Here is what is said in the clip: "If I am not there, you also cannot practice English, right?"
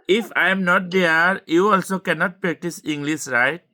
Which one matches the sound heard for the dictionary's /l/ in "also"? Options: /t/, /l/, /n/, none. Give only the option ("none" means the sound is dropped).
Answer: /l/